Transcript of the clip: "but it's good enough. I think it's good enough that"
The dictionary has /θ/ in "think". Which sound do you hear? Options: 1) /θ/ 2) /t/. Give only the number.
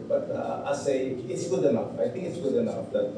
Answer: 2